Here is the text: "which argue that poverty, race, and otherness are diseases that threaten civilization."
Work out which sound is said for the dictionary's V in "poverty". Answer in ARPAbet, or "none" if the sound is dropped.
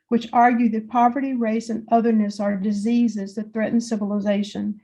V